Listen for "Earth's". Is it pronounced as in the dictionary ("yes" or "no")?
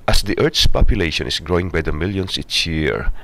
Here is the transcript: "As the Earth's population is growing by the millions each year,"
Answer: no